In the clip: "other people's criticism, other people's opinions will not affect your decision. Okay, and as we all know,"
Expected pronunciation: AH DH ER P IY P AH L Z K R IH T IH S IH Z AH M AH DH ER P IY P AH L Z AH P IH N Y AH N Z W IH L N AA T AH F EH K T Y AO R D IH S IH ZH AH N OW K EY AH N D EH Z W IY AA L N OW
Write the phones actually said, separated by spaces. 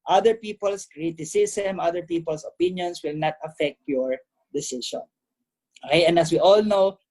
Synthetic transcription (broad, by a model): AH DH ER P IY P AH L S K R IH T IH S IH S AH M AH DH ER P IY P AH L S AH P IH N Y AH N S W IH L N AA T AH F EH K T Y AO R D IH S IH SH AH N OW K EY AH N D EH S W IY AA L N OW